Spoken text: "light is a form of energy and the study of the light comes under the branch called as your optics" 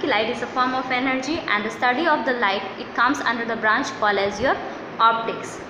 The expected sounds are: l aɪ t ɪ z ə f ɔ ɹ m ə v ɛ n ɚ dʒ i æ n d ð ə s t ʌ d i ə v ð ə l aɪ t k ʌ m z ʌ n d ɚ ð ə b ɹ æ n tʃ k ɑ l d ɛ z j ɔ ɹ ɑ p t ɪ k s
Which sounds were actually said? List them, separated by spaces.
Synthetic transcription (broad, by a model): l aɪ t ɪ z ə f ɔ ɹ m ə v ɛ n ɚ dʒ i æ n d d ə s t ʌ d i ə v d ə l aɪ t k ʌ m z ʌ n d ɚ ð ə b ɹ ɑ n tʃ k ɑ l ɛ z j ɔ ɹ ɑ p t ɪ k s